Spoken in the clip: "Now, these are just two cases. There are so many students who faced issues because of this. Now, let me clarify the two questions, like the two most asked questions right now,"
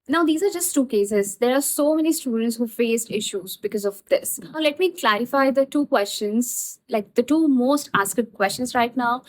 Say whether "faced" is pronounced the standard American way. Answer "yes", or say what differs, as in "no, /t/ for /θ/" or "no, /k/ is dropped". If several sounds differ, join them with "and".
no, /t/ is dropped